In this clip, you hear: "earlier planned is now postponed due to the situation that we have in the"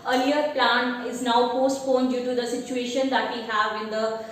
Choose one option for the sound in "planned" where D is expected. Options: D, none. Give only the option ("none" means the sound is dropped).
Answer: none